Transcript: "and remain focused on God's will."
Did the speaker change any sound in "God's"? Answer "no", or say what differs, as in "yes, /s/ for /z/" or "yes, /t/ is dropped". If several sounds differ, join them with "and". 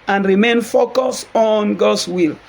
yes, /s/ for /z/